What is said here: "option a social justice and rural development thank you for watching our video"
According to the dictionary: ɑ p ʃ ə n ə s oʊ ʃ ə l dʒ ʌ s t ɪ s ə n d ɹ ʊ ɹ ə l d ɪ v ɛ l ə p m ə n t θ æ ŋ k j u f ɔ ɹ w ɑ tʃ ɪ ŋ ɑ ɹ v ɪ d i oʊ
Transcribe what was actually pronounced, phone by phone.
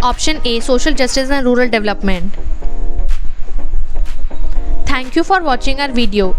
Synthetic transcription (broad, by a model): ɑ p ʃ ə n ə s oʊ ʃ ə l dʒ ʌ s t ɪ s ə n d ɹ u ɹ ə l d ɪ v l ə p m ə n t t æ ŋ k j u f ɔ ɹ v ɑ tʃ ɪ ŋ ɑ ɹ v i d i oʊ